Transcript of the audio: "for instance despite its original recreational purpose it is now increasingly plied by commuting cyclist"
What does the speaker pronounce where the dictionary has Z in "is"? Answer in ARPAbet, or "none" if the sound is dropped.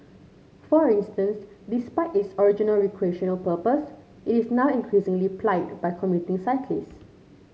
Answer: S